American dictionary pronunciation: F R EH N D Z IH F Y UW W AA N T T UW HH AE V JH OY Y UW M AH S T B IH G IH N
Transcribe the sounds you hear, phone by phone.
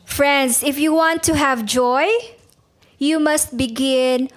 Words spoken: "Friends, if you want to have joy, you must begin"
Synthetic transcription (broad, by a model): F R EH N D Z IH F Y UW W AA N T T UW HH AE V JH OY Y UW M AH S T B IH G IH N